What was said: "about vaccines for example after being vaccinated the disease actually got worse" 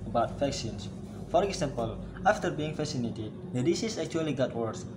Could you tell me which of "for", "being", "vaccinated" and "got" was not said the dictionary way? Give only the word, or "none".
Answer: vaccinated